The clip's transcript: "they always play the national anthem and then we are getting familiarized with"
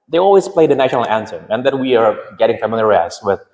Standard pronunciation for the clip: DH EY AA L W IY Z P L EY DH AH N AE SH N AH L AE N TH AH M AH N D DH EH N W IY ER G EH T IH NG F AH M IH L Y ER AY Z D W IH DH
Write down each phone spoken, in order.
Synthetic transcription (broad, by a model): DH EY AA L W IY Z P L EY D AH N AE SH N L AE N S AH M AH N DH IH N W IY ER G EH T IH NG F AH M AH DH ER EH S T W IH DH